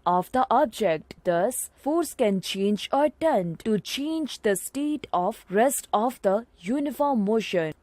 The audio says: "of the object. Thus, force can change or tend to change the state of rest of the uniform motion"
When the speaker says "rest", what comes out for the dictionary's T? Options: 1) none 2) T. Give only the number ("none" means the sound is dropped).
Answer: 2